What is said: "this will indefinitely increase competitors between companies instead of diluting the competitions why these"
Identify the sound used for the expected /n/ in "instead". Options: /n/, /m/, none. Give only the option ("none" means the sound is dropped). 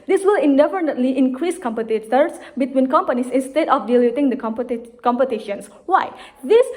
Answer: /n/